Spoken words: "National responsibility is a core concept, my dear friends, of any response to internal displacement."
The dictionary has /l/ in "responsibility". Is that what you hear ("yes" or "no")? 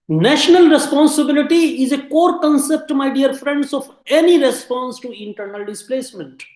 yes